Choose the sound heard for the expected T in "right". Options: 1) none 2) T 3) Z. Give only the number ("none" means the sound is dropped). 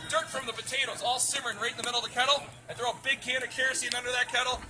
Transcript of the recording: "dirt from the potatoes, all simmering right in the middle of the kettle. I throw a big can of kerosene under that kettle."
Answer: 1